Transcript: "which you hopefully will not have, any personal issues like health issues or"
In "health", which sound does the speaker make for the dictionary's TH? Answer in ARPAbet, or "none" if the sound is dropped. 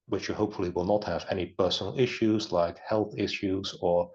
TH